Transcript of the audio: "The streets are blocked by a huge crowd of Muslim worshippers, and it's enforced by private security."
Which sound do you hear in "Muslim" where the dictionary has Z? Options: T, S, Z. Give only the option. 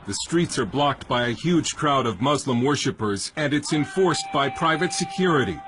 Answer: Z